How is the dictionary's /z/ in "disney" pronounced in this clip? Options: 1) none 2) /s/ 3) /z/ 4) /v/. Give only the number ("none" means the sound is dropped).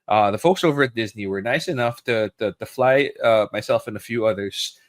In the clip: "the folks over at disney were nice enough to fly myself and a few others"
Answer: 3